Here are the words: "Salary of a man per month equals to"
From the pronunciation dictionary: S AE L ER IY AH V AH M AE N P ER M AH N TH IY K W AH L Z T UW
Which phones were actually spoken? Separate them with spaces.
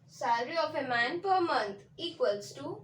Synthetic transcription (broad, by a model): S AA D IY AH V AH M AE N P ER M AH N T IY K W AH L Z T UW